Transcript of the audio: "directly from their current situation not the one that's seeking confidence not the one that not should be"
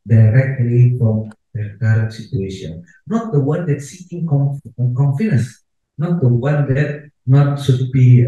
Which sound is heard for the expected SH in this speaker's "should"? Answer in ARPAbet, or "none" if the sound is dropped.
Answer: S